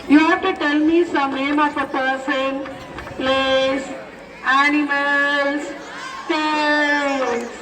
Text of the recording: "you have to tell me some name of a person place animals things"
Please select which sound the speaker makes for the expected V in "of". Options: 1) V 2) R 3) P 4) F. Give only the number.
3